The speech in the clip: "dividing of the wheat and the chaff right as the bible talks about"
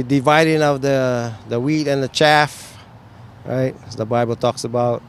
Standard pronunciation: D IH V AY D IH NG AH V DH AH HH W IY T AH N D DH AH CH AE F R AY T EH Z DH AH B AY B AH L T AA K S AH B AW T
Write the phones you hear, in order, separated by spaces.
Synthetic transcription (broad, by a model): D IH V AY D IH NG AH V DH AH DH W IY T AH N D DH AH CH AE F R AY T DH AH B AY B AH L T AA K S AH B AW T